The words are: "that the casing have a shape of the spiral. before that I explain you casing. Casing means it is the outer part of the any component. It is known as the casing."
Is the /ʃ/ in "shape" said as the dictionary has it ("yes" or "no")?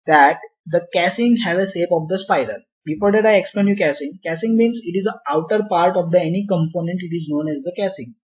no